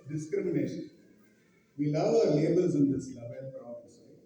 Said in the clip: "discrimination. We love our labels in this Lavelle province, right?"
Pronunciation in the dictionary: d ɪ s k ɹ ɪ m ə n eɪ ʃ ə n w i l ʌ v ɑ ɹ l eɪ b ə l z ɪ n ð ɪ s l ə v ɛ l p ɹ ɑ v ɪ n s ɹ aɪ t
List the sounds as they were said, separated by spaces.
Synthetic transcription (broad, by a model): d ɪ s k ɹ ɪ m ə n eɪ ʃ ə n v i l ʌ v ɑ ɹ l eɪ b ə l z ɪ n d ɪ s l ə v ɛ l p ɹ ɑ ɪ s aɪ